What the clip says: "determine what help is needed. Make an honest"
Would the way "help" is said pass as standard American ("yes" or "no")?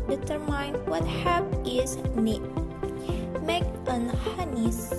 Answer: no